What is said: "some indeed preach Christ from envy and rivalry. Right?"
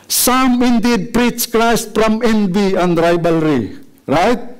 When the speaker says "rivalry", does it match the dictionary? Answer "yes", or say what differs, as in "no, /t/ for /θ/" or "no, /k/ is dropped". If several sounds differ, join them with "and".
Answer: no, /b/ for /v/